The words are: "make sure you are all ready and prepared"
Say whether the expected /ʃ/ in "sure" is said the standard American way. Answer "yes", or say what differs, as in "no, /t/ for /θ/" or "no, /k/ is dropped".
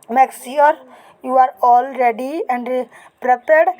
no, /s/ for /ʃ/